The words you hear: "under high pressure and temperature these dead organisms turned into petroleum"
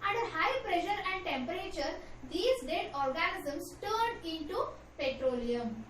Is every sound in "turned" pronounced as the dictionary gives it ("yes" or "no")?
no